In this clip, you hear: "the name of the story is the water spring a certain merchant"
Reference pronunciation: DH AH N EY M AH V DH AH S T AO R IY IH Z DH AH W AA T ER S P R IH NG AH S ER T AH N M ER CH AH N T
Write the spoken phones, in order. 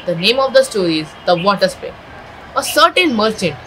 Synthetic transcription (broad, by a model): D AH N EY M AH V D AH S T AO R IY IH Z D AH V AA T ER S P IH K AH S ER T AH N M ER CH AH N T